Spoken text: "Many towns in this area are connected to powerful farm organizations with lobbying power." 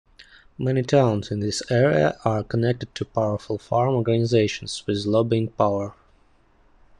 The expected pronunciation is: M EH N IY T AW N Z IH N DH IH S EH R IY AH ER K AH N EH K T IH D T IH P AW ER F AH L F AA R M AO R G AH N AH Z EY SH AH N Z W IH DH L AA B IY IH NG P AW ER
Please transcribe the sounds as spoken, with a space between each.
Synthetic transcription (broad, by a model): M EH N IY T AW N Z IH N DH IH S EH R IY AH ER K AH N EH K T IH D T IH P AW ER F AH L F AA R M AO R G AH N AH Z EY SH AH N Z W IH DH L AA B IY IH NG P AW ER